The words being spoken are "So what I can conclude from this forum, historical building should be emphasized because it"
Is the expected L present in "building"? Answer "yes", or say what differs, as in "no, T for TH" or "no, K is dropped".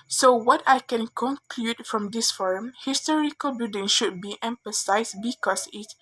no, L is dropped